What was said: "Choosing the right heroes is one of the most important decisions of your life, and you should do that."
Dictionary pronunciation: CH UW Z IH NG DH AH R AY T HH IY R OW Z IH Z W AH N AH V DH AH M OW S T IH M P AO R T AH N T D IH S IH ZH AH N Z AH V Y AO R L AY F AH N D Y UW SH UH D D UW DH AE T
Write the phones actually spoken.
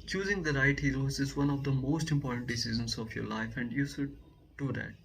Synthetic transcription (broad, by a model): CH UW Z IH NG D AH R AY T HH IY R OW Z IH Z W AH N AH V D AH M OW S T IH M P AO R T AH N T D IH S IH Z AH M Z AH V Y AO R L AY F AH N D Y UW SH UH D D UW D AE T